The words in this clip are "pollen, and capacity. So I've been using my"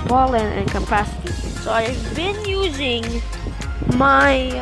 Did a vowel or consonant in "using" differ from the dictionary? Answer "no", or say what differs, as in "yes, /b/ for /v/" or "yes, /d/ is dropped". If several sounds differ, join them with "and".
no